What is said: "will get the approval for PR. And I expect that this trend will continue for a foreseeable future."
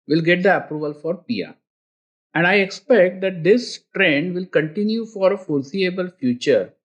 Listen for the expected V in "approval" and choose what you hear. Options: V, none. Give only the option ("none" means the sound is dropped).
V